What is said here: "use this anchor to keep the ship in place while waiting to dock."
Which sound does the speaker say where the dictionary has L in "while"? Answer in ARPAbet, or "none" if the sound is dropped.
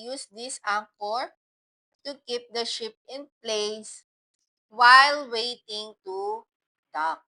L